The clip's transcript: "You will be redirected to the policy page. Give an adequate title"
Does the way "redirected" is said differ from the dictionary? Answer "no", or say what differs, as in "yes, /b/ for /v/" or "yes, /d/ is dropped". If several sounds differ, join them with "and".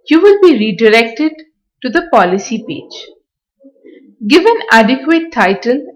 no